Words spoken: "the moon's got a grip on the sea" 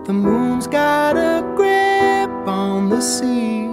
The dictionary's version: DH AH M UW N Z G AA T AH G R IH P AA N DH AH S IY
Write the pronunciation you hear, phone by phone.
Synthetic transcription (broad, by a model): DH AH M UW N Z G AA T AH G R IH P N DH AH S IY